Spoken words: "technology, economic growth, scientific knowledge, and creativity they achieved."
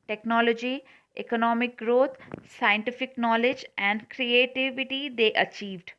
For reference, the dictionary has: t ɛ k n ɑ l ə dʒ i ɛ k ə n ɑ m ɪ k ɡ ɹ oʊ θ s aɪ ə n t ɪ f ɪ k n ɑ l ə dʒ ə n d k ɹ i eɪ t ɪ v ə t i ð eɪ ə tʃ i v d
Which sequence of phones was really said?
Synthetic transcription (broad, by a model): t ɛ k n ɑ l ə dʒ i ɛ k ə n ɑ m ɪ k ɡ ɹ oʊ t s aɪ ə n t ɪ f ɪ k n ɑ l ə dʒ ə n d k ɹ i eɪ t ɪ v ə t i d eɪ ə tʃ i v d